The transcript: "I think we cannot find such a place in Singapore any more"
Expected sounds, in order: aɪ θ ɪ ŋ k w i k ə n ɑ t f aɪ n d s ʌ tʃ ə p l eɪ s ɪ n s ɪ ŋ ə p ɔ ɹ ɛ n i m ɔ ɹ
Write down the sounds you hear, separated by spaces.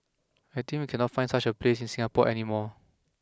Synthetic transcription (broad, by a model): aɪ t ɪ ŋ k w i k ə n ɑ t f aɪ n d s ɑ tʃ ə p l eɪ s ɪ n s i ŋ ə p ɔ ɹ ɛ n i m ɔ